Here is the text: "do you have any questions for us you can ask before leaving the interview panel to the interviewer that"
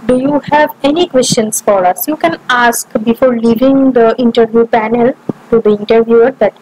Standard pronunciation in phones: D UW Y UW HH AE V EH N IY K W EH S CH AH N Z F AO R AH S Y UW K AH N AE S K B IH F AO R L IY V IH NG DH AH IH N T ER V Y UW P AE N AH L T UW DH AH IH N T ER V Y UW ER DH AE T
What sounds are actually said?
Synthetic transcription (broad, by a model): D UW Y UW HH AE V EH N IY K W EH S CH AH N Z F AO R AH S Y UW K AH N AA S K B IH F AO R L IY V IH NG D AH IH N T ER V Y UW P AE N AH L T UW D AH IH N T ER V Y UW ER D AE T